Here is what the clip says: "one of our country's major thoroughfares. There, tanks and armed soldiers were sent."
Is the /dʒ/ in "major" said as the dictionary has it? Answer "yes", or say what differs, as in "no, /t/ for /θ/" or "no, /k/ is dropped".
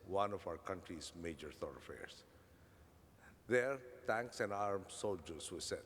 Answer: yes